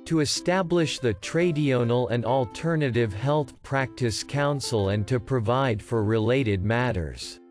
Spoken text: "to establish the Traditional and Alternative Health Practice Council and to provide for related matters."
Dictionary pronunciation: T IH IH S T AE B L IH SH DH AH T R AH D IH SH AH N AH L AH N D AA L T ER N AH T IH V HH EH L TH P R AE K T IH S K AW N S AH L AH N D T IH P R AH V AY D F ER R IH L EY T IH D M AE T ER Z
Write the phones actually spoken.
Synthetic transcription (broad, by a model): T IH IH S T AE B L IH SH DH AH T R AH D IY AH N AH L AH N D AA L T ER N AH T IH V HH EH L TH P R AE K T IH S K AW N S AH L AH N T IH P R AH V AY D F ER R IH L EY T IH D M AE T ER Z